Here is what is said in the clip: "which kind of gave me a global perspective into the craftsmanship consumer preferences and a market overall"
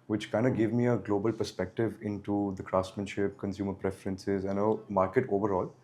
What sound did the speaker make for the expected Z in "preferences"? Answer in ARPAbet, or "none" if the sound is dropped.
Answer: Z